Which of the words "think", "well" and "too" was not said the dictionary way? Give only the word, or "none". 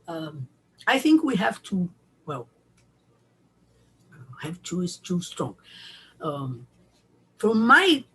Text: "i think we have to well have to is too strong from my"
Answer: none